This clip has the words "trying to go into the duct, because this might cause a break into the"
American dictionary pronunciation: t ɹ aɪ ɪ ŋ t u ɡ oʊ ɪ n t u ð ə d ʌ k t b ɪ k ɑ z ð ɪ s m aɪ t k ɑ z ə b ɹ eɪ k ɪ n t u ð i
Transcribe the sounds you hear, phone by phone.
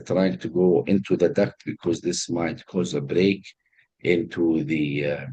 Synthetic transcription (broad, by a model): t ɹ aɪ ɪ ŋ t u ɡ oʊ ɪ n t u ð ə d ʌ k b ɪ k ɑ z ð ɪ s m aɪ t k ɑ z ə b ɹ eɪ k ɪ n t u ð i